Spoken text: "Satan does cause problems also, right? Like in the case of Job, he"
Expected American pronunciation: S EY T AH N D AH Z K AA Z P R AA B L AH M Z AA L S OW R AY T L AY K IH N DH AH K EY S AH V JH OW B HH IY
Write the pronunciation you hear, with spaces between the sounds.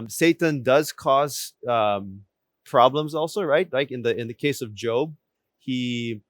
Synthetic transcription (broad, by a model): S EY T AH N D AH Z K AA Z P R AA B L AH M Z AA L S OW R AY T L AY K IH N DH AH K EY S AH V JH OW B HH IY